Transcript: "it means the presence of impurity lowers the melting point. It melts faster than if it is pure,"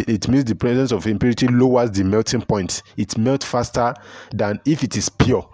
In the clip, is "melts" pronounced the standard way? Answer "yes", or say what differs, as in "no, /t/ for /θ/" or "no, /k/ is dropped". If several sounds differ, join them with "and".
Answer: no, /s/ is dropped